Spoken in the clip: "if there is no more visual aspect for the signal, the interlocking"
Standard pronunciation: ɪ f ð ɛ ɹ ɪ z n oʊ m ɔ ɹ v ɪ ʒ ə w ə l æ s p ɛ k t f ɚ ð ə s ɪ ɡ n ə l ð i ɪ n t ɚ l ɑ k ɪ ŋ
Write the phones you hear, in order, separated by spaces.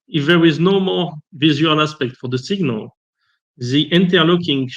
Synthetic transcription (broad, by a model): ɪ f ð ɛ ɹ ɪ z n oʊ m ɔ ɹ v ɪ z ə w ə l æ s p ɛ k t f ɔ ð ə s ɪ ɡ n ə l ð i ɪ n t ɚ l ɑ k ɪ ŋ